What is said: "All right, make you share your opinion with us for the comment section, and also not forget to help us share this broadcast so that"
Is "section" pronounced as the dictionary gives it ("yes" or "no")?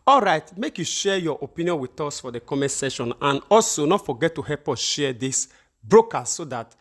no